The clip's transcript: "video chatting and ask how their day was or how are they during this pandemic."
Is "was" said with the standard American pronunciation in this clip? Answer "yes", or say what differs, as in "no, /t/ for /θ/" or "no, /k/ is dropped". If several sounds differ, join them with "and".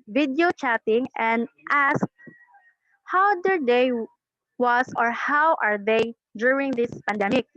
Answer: no, /s/ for /z/